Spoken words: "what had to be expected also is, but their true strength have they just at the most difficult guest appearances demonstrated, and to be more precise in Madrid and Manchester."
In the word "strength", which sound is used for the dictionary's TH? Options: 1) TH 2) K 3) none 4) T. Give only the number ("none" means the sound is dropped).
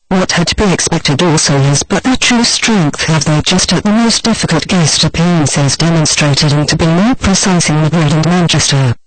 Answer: 1